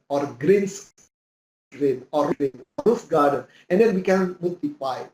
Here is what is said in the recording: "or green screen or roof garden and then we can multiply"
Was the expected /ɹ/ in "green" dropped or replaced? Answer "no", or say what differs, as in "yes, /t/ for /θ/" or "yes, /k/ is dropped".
no